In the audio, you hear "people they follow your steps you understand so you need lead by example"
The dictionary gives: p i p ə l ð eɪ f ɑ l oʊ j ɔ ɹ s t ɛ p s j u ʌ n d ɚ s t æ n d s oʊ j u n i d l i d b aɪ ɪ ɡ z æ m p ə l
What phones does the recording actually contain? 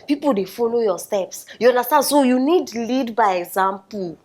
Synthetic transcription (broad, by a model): p i p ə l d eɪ f ɑ l oʊ j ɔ s t ɛ p s j u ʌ n d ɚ s t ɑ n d s oʊ j u n i d l i d b aɪ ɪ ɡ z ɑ m p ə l